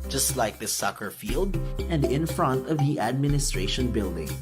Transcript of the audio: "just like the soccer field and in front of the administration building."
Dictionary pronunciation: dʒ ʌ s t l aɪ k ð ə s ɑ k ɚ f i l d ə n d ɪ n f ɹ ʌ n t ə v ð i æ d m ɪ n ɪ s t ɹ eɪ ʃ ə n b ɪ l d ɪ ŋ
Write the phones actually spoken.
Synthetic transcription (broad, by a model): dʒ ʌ s t l aɪ k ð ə s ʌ k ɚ f i l d ə n d ɪ n f ɹ ʌ n t ə v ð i æ d m ɪ n ɪ s t ɹ eɪ ʃ ə n b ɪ l d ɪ ŋ